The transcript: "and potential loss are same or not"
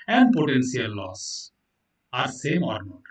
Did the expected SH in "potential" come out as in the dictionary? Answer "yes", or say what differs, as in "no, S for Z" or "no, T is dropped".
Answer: no, S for SH